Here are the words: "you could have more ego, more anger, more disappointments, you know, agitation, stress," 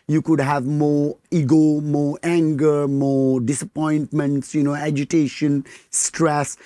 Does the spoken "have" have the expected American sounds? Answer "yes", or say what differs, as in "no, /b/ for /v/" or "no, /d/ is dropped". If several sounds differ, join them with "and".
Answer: yes